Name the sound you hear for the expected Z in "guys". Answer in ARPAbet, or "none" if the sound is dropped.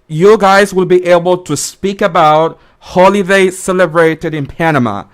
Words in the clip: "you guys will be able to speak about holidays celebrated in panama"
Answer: Z